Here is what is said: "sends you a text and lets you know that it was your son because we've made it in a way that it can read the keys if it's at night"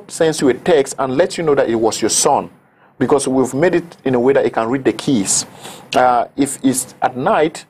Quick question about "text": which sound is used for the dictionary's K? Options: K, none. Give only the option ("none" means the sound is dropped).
K